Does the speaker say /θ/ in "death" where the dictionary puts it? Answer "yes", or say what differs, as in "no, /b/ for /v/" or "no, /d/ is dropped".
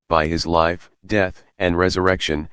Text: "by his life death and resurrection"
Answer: yes